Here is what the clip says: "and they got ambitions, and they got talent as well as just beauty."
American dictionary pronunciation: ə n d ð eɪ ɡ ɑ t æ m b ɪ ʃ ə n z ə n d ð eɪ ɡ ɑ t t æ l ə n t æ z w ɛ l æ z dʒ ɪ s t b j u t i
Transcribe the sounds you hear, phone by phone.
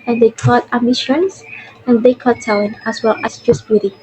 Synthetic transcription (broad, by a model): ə n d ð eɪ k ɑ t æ m ɪ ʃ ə n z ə n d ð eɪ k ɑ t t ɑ ə n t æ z w ɛ l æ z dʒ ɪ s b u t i